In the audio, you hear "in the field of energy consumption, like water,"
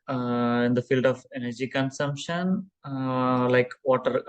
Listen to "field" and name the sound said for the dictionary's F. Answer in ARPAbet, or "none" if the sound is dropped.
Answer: F